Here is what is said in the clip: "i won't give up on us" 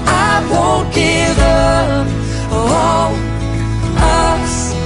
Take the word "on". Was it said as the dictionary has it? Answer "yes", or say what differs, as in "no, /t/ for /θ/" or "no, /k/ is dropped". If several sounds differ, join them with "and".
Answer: no, /l/ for /n/